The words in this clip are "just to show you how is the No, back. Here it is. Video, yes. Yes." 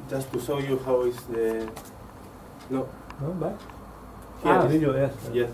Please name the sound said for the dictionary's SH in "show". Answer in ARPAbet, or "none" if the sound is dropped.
S